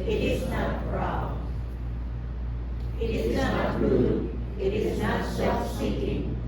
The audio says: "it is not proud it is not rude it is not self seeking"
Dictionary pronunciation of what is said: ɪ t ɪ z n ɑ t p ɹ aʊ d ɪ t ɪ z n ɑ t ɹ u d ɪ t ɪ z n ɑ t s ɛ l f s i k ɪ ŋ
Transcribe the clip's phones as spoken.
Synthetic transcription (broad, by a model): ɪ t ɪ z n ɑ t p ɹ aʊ ɪ t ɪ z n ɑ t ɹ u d ɪ t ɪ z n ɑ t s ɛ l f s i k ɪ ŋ